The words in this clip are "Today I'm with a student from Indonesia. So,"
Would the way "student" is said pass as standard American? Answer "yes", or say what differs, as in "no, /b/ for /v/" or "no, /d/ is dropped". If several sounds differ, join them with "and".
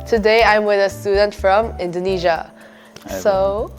yes